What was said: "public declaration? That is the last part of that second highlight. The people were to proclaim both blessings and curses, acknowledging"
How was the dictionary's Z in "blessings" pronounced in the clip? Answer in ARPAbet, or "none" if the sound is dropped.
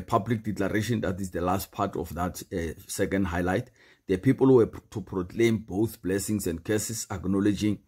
S